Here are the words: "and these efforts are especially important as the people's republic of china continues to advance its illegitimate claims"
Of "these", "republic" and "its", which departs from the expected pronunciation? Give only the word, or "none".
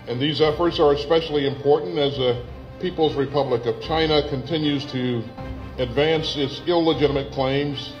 none